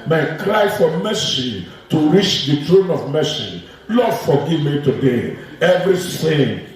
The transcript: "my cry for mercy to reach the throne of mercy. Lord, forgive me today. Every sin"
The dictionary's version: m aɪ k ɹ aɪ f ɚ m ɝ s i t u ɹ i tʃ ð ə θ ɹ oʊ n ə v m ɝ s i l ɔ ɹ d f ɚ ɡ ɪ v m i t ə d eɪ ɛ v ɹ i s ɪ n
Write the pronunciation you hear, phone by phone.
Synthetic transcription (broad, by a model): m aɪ k ɹ aɪ f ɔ m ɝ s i t u ɹ i tʃ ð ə t ɹ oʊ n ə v m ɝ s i l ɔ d f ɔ ɡ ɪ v m i t ə d eɪ ɛ v ɹ i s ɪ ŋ